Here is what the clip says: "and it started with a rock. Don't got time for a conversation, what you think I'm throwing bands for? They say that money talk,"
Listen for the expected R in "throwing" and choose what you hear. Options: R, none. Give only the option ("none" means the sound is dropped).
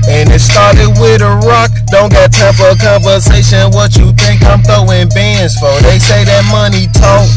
none